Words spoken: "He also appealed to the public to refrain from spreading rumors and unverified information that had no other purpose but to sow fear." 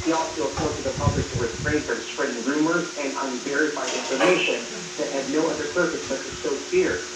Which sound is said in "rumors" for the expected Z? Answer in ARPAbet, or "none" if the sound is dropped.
Z